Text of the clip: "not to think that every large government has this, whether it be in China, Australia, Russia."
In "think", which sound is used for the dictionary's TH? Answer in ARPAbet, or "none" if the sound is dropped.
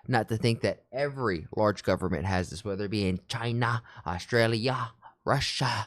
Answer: TH